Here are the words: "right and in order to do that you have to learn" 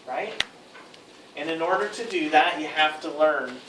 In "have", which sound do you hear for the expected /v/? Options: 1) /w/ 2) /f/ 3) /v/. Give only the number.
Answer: 2